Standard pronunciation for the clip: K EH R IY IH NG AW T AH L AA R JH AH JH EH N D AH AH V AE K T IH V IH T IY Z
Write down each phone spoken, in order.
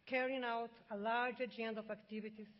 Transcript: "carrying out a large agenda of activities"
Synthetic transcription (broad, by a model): K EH R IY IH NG AW T AH L AA R JH AH JH EH N D AH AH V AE K T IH V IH T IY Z